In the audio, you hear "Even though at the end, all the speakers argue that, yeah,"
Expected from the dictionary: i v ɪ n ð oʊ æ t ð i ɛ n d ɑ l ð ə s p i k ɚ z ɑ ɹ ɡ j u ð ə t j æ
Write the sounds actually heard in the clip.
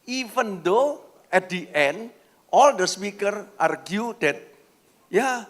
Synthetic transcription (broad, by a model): i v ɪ n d oʊ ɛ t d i ɛ n d ɑ l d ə s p i k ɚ ɑ ɹ ɡ j u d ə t j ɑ